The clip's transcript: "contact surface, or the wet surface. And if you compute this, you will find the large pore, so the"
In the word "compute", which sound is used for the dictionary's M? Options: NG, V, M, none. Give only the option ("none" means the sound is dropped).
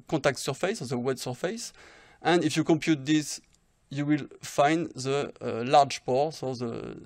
M